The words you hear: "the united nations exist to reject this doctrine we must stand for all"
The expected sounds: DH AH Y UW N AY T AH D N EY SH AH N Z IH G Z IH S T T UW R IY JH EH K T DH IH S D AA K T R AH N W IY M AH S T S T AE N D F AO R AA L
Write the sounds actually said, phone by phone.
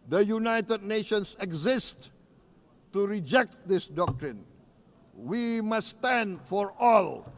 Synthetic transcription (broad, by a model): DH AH Y UW N AY T AH D N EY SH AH N S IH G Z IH S T T UW R IY JH EH K T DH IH S D AA K T R AH N W IY M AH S S T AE N D F AO R AA L